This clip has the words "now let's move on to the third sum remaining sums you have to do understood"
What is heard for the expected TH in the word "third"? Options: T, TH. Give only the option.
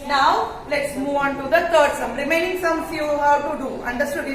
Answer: T